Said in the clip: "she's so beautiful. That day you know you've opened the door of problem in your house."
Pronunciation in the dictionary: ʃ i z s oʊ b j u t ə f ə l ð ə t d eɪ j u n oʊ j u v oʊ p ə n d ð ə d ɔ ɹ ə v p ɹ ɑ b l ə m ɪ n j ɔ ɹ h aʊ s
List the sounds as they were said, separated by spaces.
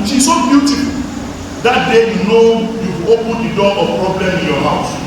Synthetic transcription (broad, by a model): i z s oʊ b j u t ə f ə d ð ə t d eɪ j u n oʊ j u oʊ p ə n d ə d ɔ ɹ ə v p ɹ ɑ b l ə m ɪ n j ɔ h aʊ s